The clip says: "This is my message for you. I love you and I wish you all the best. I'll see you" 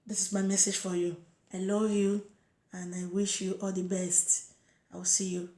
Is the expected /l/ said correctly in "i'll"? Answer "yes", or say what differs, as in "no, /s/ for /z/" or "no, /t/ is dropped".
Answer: no, /w/ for /l/